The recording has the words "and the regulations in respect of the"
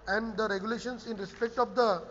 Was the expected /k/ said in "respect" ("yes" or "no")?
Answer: yes